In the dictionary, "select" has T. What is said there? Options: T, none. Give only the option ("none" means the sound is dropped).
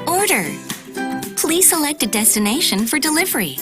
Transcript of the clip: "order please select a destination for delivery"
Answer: T